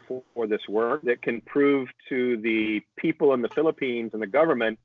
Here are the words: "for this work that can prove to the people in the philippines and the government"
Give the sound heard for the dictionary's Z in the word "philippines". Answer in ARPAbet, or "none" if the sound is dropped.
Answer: Z